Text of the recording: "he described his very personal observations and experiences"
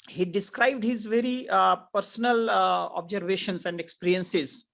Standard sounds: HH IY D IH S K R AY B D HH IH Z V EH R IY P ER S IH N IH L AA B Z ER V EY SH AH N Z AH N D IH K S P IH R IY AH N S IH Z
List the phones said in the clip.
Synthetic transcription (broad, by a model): HH IY D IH S K R AY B D HH IH Z V EH R IY P ER S IH N IH L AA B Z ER V EY SH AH N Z AH N D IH K S P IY R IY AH N S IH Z